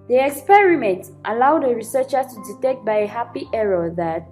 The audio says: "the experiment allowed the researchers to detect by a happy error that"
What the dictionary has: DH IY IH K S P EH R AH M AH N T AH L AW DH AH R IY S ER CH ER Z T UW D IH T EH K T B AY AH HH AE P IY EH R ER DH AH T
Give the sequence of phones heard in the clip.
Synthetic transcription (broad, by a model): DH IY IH K S P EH R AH M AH N T AH L AW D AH R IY S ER CH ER T UW D IH T EH K T B AY AH HH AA P IY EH R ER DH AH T